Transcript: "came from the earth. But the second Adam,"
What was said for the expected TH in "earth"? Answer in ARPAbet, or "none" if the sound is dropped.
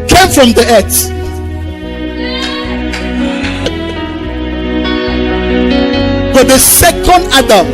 S